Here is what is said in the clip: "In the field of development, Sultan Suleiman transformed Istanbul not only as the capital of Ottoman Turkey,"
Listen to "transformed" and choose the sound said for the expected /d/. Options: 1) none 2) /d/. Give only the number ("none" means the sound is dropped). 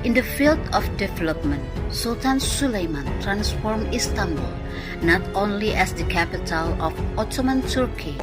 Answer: 1